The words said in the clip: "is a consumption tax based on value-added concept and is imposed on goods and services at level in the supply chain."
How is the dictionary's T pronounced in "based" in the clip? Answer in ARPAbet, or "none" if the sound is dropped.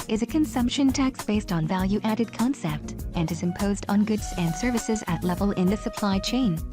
T